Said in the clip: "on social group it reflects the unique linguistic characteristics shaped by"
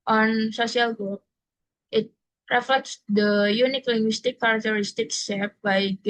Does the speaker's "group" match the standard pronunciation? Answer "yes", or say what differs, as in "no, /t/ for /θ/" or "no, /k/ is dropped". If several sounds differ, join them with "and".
no, /ɹ/ is dropped and /p/ is dropped